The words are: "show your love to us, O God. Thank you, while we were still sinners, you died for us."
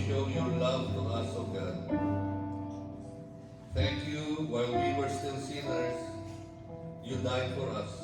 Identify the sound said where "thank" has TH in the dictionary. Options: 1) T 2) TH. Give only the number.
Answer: 1